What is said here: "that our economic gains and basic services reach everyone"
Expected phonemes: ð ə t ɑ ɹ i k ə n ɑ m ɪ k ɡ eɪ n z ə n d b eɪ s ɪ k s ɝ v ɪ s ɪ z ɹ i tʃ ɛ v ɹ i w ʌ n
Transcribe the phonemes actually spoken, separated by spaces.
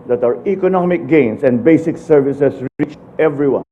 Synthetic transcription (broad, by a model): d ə t ɑ ɹ i k ə n ɑ m ɪ k ɡ eɪ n s ə n d b eɪ s ɪ k s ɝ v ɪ s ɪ s ɹ i tʃ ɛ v ɹ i w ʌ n